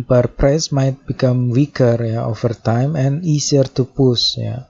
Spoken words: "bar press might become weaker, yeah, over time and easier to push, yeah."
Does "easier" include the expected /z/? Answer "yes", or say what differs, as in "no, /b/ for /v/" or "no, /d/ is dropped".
no, /s/ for /z/